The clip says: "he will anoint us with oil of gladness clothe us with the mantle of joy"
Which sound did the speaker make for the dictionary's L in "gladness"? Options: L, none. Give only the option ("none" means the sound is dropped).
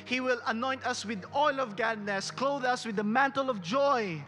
none